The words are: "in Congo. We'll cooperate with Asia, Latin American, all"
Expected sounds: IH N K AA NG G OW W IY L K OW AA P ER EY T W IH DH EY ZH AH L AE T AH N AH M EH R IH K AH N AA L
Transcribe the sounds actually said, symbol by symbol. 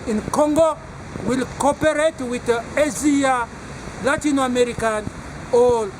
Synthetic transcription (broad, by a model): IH N K AA NG G OW W IY L K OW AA P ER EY T W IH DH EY Z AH L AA T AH N AH M EH R IH K AH N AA L